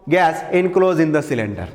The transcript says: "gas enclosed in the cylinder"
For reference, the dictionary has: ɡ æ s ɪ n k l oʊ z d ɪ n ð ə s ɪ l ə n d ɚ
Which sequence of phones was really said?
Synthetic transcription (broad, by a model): ɡ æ s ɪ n k l oʊ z ɪ n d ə s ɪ l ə n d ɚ